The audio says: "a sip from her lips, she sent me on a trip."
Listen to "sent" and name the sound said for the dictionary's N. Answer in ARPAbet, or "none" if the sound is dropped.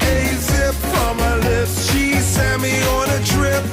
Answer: none